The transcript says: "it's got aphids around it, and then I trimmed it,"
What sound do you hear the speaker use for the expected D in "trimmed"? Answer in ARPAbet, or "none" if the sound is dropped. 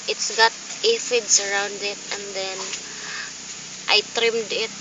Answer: D